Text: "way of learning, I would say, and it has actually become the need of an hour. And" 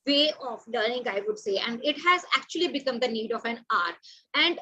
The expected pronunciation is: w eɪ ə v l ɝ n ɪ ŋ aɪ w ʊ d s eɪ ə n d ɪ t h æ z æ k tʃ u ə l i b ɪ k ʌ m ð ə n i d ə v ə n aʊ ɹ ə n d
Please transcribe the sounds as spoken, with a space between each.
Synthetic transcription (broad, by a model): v eɪ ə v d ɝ ɪ ŋ aɪ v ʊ d s eɪ ə n d ɪ t h æ z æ k tʃ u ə l i b ɪ k ʌ m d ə n i d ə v ə n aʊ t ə n d